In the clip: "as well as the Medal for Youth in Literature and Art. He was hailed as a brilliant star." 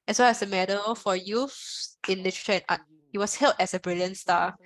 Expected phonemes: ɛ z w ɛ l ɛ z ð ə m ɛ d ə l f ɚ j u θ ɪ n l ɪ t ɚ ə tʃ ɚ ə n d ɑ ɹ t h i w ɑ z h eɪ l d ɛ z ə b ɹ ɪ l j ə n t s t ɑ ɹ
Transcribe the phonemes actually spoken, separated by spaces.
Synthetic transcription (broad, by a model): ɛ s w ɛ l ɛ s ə m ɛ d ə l f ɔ j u f ɪ n l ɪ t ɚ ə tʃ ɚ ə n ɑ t h i w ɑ s h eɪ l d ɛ s ə b ɹ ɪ l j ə n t s t ɑ